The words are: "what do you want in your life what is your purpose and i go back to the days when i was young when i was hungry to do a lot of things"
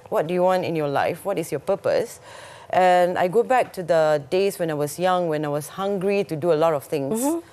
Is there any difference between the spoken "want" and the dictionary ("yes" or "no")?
no